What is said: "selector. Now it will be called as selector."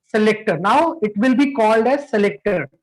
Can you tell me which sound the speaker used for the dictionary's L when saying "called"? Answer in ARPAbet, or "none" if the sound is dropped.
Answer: L